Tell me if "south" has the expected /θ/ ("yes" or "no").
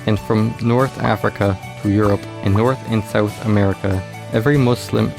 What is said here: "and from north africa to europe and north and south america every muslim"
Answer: yes